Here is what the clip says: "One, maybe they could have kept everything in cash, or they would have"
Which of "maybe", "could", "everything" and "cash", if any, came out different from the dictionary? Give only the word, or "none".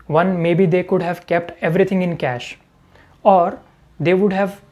everything